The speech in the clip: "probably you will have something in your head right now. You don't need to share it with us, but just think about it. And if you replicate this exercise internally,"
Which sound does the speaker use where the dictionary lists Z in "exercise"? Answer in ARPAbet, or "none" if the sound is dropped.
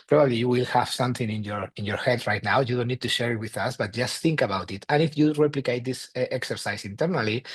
S